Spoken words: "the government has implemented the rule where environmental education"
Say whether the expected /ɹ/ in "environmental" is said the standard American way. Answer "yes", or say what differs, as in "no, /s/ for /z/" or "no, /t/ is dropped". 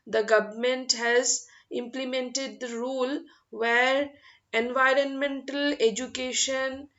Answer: yes